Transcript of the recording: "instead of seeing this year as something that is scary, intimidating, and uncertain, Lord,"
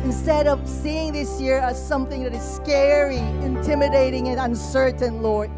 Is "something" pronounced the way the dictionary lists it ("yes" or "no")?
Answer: yes